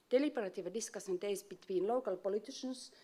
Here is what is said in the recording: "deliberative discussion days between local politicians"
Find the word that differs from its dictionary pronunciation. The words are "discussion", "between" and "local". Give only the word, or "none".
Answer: discussion